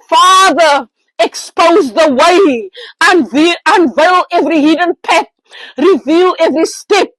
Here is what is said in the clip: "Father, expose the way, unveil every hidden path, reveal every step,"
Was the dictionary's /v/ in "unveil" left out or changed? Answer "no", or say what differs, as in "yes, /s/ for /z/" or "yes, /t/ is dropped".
no